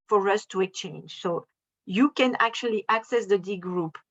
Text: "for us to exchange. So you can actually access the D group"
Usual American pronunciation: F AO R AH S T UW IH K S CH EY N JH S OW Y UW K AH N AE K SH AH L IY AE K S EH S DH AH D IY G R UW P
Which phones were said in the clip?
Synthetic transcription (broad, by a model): F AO R AH S T UW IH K CH EY N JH S OW Y UW K AH N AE K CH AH L IY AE K S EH S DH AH D IY G R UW P